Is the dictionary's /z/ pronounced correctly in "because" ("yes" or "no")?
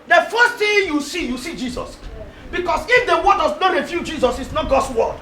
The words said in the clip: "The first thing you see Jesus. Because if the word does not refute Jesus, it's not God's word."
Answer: no